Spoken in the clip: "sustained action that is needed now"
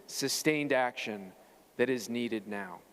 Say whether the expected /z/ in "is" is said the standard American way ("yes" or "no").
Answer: yes